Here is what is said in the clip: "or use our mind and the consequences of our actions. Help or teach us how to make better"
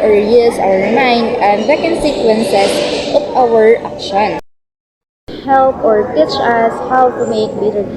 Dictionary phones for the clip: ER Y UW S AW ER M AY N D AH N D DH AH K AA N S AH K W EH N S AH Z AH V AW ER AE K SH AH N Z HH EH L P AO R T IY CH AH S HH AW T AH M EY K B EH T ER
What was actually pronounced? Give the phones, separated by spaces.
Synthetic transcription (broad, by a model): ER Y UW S AW ER M AY N D AH N D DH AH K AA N S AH K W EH N S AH S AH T AW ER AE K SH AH N HH EH L P AO R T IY CH AH S HH AW T AH M EY K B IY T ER